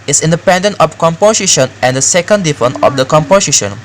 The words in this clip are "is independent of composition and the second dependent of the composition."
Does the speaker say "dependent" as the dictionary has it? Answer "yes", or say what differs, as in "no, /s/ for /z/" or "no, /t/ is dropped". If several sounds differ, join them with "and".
no, /t/ is dropped